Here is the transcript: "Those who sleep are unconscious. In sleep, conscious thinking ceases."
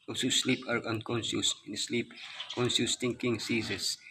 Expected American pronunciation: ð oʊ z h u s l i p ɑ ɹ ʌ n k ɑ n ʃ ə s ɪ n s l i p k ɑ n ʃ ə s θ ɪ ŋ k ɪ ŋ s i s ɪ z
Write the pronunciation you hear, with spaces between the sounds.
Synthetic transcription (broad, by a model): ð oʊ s h u s l i p ɑ ɹ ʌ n k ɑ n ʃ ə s ɪ n s l i p k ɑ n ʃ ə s t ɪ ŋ k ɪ ŋ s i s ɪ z